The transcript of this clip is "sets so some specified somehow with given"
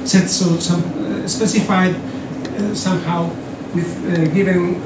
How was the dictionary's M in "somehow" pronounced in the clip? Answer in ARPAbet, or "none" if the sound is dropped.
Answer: M